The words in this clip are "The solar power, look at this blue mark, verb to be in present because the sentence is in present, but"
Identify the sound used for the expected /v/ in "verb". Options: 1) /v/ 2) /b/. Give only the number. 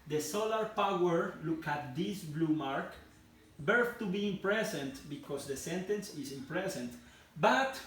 2